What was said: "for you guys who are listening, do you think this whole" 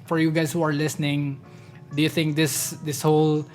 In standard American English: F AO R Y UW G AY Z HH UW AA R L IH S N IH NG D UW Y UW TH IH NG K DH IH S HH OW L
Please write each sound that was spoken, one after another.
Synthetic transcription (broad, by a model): F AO R Y UW G AY S HH UW AA R L IH S N IH NG D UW Y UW TH IH NG K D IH S HH OW L